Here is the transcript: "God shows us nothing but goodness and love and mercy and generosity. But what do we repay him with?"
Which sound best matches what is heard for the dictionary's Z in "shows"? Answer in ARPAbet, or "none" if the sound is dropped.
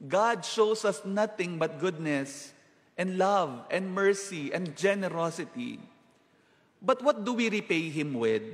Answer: S